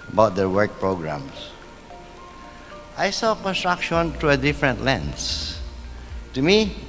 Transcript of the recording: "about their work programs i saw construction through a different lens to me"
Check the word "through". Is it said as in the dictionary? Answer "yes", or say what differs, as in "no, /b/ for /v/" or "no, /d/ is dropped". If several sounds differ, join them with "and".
no, /t/ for /θ/